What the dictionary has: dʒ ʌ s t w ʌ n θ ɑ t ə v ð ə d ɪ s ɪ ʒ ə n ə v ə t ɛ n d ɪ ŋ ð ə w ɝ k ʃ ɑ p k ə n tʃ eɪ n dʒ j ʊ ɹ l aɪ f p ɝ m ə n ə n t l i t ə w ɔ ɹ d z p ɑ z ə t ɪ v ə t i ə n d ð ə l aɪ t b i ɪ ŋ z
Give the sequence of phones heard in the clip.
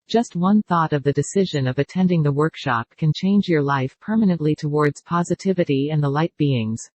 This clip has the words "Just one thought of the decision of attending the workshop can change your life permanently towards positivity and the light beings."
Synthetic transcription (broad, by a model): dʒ ʌ s t w ʌ n θ ɑ t ə v ð ə d ɪ s ɪ ʒ ə n ə v ə t ɛ n d ɪ ŋ ð ə w ɝ k ʃ ɑ p k ə n tʃ eɪ n dʒ j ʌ ɹ l aɪ f p ɝ m ə n ə n t l i t ə w ɔ ɹ d z p ɑ z ə t ɪ v ə t i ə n ð ə l aɪ t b i ɪ ŋ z